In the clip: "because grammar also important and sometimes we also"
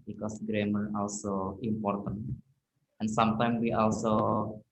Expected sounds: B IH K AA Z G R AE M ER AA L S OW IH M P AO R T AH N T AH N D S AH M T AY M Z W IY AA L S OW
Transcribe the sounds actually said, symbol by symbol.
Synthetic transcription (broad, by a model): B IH K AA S G R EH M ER AA L S OW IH M P AO R T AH N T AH N S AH M T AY M W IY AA L S OW